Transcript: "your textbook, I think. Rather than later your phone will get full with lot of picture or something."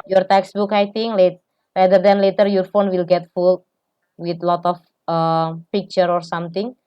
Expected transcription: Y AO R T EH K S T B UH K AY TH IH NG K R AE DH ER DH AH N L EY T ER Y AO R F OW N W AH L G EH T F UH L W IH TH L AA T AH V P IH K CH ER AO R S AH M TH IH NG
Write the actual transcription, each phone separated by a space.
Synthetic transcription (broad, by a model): Y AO R T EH K S B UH K AY T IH NG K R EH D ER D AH N L EY T ER Y AO R F OW N W AH L G EH T F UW L W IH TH L AA T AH F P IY K CH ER AO R S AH M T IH NG